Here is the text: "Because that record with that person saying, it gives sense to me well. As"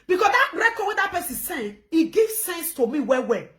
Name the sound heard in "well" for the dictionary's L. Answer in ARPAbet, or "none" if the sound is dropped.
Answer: W